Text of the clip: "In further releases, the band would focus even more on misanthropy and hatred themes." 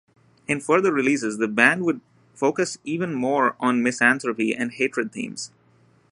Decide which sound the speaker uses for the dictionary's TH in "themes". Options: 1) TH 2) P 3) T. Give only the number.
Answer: 3